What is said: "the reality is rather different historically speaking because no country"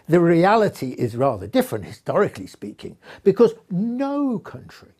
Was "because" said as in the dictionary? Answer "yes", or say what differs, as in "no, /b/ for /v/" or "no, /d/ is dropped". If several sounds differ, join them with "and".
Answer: yes